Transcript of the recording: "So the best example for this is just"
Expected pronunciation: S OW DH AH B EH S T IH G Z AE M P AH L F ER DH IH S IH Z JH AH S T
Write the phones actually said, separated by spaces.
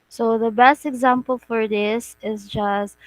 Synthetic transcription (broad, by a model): S OW DH AH B EH S T IH G Z AE M P AH L F ER DH IH S IH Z JH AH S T